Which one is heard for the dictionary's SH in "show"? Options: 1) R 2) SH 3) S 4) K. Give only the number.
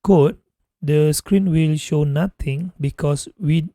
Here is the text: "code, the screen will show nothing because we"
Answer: 2